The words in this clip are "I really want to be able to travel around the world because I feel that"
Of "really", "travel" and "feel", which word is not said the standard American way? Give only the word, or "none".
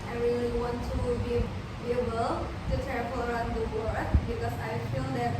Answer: travel